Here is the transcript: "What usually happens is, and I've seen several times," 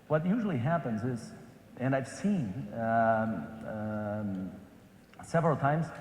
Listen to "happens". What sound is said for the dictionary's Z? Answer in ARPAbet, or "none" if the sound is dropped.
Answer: Z